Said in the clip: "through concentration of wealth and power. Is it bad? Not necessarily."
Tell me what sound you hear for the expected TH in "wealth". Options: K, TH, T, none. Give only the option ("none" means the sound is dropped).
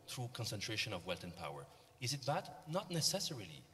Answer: T